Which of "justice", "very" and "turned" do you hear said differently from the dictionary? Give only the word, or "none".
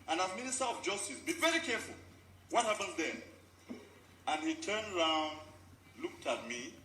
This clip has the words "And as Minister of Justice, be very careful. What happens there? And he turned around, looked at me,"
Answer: none